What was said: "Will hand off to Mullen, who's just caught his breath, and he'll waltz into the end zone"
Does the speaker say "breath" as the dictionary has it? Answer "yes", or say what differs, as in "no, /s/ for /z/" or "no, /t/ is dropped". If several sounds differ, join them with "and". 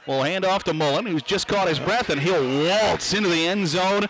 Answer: yes